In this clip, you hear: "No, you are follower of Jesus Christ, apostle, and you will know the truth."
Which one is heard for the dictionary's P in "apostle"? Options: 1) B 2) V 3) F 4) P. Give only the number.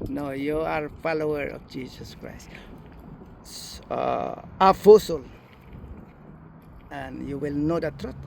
3